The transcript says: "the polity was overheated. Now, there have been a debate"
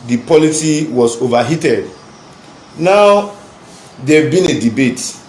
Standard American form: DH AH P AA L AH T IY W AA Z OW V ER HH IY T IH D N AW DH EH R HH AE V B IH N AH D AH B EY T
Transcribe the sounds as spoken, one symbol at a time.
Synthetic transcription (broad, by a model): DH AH P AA L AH S IY W AA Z OW V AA HH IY T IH D N AW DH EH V B IH N AH D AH B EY T